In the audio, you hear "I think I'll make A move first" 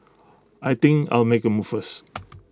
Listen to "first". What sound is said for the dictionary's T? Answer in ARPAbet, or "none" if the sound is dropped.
none